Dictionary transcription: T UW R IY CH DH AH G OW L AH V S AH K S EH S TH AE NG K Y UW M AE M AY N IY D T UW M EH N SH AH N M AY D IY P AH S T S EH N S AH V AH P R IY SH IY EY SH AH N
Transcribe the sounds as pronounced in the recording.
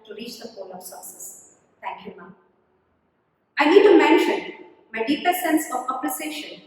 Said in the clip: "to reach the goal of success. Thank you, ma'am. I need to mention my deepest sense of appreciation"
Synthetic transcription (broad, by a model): T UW R IY CH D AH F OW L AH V S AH S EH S T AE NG K Y UW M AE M AY N IY D T UW M EH N SH AH N M AY D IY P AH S S EH N S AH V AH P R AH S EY SH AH N